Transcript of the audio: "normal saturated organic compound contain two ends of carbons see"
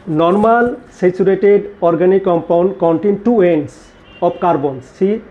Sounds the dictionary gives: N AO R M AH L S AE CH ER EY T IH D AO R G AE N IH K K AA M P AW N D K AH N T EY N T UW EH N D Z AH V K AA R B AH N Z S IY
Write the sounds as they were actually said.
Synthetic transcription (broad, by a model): N AO R M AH L S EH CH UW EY T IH D AO R G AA N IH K K AA M P AW N D K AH N T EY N T UW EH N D S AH B K AA R B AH N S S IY